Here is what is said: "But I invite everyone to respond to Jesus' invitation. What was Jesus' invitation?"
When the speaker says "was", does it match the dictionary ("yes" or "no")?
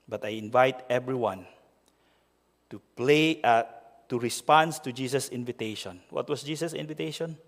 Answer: no